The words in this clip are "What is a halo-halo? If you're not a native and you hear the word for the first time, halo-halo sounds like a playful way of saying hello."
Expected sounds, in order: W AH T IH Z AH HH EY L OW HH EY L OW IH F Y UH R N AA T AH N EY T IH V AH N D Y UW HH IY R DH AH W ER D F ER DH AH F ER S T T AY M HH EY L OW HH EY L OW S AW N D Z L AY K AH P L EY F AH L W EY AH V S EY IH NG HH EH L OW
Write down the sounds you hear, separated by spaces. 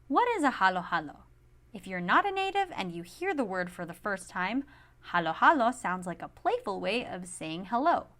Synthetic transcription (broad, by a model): W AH T IH Z AH HH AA L OW HH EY L OW IH F Y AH R N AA T AH N EY T IH V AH N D Y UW HH IY R DH AH W ER D F ER DH AH F ER S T T AY M HH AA L OW HH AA L OW S AW N D Z L AY K AH P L EY F L W EY AH V S EY IH NG HH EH L OW